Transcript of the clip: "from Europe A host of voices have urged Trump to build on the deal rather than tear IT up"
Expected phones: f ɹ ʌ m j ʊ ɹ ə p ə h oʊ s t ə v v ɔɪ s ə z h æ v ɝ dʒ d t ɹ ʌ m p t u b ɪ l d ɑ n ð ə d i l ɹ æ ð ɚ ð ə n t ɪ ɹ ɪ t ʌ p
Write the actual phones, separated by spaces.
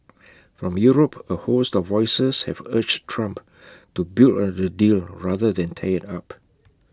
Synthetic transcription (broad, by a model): f ɹ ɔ m j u ɹ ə p ə h oʊ s t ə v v ɔɪ s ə s h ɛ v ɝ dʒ t ɹ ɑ m p t u b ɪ l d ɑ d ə d i l ɹ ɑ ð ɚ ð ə n t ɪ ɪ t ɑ p